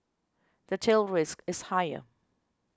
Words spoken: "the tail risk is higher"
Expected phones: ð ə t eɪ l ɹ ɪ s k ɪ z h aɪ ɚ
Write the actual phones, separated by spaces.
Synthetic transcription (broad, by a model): ð ə t eɪ l ɹ ɪ s k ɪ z h aɪ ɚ